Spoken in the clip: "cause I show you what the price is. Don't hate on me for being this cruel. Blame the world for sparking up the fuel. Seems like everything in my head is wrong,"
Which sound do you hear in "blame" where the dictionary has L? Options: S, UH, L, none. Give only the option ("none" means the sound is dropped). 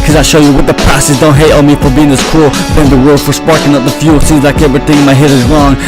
none